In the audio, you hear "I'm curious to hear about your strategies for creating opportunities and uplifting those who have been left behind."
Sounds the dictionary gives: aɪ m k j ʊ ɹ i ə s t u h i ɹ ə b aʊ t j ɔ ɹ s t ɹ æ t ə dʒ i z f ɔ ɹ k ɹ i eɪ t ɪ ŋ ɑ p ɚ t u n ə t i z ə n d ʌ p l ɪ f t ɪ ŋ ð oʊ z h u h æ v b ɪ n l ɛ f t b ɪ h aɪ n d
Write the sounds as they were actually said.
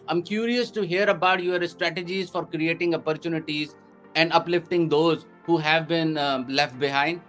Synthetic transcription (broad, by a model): aɪ m k j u ɹ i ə s t u h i ɹ ə b aʊ t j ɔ ɹ s t ɹ æ t ə dʒ i z f ɔ ɹ k ɹ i eɪ t ɪ ŋ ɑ p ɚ t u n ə t i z ə n d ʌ p l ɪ f t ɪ ŋ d oʊ z h u h æ v b ɪ n l ɛ f t b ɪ h aɪ n d